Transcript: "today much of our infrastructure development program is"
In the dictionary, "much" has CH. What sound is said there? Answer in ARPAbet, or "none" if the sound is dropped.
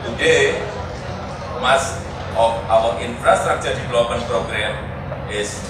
S